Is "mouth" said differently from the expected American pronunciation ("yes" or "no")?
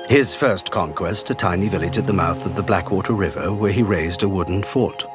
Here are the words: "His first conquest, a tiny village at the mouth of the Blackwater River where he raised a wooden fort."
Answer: no